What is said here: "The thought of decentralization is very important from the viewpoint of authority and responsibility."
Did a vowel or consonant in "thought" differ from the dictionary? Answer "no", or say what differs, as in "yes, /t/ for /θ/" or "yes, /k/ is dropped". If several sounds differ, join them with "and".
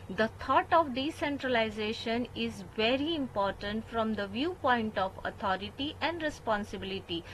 yes, /t/ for /θ/